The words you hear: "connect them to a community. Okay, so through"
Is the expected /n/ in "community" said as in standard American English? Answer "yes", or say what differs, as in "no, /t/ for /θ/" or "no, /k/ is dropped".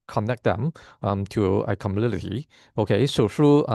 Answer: no, /l/ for /n/